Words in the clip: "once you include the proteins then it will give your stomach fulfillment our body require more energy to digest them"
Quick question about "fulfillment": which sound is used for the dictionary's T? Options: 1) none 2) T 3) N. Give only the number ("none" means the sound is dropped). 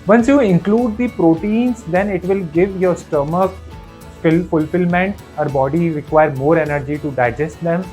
2